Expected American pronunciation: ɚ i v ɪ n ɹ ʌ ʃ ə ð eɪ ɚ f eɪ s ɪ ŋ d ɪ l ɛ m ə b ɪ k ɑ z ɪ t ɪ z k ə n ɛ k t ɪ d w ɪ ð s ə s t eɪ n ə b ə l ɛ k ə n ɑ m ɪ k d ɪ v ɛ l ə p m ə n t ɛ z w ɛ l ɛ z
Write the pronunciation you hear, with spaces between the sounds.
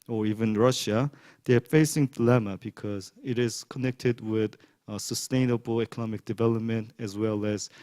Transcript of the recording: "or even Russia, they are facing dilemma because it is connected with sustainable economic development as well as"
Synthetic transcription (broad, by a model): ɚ i v ɪ n ɹ ʌ ʃ ə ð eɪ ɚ f eɪ s ɪ ŋ d ɪ l ɛ m ə b ɪ k ɑ z ɪ t ɪ z k ə n ɛ k t ɪ d w ɪ ð s ə s t eɪ n ə b ə l ɛ k ə n ɑ m ɪ k d ɪ v ɛ l ə p m ə n t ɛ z w ɛ l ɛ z